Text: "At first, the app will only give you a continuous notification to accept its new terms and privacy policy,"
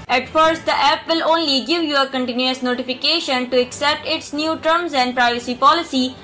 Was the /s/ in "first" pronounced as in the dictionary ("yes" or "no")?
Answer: yes